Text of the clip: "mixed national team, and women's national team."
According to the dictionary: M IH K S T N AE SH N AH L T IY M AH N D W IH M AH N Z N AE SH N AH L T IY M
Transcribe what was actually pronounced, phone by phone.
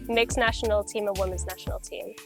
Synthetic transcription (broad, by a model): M IH K S N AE SH N L T IY M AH W IH M AH N Z N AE SH N L T IY M